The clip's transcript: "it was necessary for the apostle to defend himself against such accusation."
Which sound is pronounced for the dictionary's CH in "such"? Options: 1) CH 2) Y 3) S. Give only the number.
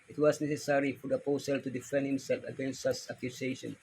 3